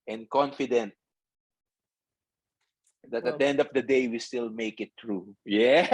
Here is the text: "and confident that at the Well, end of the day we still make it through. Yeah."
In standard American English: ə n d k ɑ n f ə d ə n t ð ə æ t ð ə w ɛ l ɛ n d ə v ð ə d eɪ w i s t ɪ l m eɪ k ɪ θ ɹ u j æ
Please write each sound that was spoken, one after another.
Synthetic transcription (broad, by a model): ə n k ɑ n f ə d ə n t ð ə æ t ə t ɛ ɛ n d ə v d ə d eɪ w i s t ɪ l m eɪ k ɪ t ɹ u j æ